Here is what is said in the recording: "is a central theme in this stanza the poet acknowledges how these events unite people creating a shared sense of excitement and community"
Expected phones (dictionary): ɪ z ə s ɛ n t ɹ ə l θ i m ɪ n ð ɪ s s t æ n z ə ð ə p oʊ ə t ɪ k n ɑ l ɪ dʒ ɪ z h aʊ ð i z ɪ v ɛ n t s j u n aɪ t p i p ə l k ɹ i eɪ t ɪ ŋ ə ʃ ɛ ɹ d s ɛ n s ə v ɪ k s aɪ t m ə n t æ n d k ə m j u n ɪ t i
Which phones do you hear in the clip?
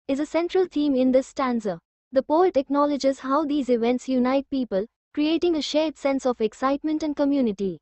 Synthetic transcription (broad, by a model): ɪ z ə s ɛ n t ɹ ə l t i m ɪ n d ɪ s s t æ n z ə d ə p oʊ ə t ɪ k n ɑ l ɪ dʒ ɪ z h aʊ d i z ɪ v ɛ n t s j u n aɪ t p i p ə l k ɹ i eɪ t ɪ ŋ ə ʃ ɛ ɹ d s ɛ n s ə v ɪ k s aɪ t m ə n t æ n d k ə m j u n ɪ t i